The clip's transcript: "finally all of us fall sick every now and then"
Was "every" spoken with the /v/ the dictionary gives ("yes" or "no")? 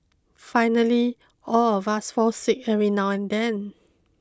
no